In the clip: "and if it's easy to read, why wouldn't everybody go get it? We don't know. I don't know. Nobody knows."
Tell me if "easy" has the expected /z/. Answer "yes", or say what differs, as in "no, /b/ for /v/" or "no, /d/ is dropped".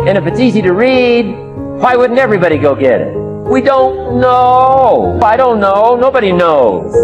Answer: yes